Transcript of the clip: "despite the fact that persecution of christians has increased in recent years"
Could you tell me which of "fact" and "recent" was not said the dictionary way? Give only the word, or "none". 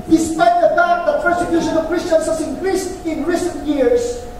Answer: fact